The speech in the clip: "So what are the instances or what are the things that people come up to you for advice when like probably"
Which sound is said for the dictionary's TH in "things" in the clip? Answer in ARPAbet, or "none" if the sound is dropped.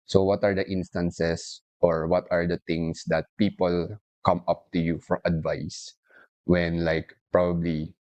T